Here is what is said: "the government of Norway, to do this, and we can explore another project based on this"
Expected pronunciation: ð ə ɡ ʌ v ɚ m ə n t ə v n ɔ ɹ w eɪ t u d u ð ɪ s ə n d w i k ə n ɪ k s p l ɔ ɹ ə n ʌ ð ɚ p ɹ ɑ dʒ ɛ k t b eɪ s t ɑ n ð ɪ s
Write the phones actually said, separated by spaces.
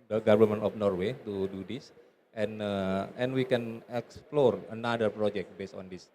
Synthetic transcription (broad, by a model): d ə ɡ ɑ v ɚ m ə n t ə f n ɔ ɹ w eɪ t u d u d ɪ s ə n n w i k ə n ɪ k s p l ɔ ɹ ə n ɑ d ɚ p ɹ ɑ dʒ ɛ k t b eɪ s t ɑ n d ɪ s